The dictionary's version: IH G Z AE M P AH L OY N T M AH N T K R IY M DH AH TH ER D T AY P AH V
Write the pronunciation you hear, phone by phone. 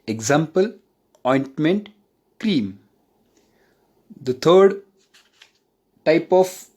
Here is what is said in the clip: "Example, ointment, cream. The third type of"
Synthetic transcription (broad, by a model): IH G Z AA M P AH L OY N T M AH N T K R IY M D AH T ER D T AY P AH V